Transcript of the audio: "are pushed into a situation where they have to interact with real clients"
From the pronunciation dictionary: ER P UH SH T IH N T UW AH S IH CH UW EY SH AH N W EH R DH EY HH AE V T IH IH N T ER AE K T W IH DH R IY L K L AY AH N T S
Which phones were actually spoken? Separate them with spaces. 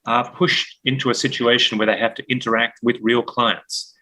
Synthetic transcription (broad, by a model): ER P UH SH T IH N T UW AH S IH CH UW EY SH AH N W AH R DH EY HH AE F T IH IH N T ER AE K T W IH DH R IY L K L AY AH N T S